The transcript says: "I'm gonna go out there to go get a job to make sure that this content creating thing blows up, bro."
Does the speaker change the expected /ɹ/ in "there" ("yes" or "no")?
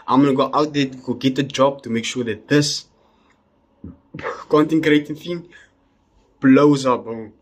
yes